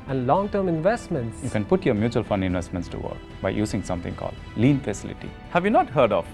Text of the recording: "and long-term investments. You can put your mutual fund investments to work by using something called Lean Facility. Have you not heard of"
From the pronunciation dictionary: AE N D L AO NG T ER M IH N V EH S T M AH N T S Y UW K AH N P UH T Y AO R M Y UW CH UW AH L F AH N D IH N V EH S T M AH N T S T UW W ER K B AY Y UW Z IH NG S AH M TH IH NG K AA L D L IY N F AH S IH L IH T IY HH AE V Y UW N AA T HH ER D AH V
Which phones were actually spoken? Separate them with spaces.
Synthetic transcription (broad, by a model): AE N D L AO NG T ER M IH N V EH S T M AH N T S Y UW K AH N P UH T Y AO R M Y UW CH UW AH L F AH N D IH N V EH S T M AH N T S T UW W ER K B AY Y UW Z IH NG S AH M T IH NG K AA L D L IY N F AH S IH L IH T IY HH AE V Y UW N AA T HH ER D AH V